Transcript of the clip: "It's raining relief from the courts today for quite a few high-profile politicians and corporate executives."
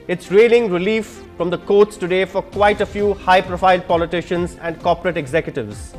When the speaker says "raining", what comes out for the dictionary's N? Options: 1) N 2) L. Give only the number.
2